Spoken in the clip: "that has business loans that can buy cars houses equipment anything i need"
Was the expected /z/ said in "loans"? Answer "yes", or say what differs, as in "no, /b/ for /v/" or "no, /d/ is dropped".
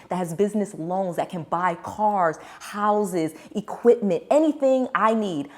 yes